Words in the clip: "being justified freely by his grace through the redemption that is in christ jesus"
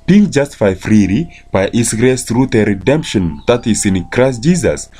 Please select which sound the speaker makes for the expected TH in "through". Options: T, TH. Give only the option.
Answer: T